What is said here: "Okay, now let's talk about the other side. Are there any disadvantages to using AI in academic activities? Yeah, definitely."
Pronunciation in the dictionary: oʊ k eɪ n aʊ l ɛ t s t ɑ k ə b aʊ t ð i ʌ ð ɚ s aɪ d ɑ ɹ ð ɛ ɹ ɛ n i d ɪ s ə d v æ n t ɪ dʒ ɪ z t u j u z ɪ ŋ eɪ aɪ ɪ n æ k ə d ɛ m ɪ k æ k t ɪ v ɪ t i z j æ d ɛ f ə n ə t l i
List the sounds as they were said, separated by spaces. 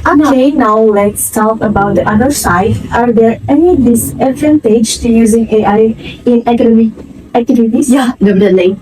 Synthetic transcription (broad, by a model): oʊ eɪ n aʊ l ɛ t s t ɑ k ə b aʊ t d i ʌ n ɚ s aɪ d ɑ ɹ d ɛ ɹ ɛ n i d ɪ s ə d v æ n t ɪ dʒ t u j u z ɪ ŋ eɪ aɪ ɪ n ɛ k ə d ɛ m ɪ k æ k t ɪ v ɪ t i s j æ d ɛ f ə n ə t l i